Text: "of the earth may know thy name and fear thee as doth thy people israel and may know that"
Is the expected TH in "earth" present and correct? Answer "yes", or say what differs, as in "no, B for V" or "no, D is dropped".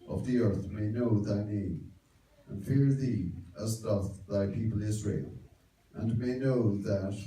yes